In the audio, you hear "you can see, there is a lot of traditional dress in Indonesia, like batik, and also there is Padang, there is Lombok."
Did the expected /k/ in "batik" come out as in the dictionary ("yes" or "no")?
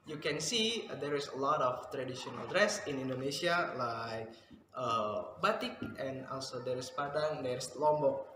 yes